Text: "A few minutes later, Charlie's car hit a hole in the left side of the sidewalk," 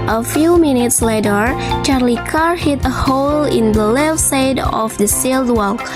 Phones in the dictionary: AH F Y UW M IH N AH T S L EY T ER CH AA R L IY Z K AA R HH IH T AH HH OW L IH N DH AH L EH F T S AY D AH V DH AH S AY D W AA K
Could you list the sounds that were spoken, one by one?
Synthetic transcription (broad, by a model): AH F Y UW M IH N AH T S L EY T ER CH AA R L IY K AA R HH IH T AH HH OW L IH N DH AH L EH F S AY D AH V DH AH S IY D W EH K